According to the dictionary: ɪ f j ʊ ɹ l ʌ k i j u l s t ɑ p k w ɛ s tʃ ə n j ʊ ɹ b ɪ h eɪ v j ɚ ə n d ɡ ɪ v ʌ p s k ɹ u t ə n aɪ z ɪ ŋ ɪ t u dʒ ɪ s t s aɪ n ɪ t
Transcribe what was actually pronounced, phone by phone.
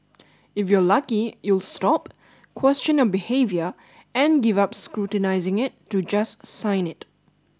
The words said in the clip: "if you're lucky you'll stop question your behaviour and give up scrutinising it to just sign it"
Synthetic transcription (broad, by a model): ɪ f j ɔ l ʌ k i j u l s t ɑ p k w ɛ s tʃ ə n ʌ b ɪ h eɪ v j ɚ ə n ɡ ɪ v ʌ p s k ɹ u t ə n aɪ z ɪ ŋ ɪ t u dʒ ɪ s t s aɪ n ɪ t